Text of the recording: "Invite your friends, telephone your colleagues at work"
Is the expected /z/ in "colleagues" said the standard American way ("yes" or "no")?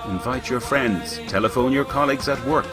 yes